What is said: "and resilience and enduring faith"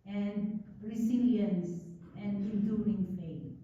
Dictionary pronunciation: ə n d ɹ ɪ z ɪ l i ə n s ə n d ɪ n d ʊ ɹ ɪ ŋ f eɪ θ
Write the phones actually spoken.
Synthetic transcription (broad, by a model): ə n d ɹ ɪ s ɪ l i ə n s ə n d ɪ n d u ɪ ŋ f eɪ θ